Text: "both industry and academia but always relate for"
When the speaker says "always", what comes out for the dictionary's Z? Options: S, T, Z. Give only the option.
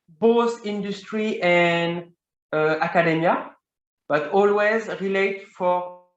Z